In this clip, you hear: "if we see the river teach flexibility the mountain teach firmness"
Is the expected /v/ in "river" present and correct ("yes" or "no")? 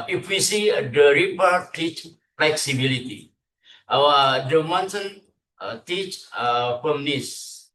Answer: no